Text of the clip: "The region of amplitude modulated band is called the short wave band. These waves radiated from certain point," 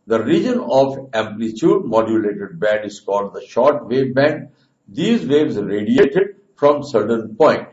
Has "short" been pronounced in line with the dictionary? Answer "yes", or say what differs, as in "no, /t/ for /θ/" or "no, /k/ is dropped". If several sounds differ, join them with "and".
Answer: yes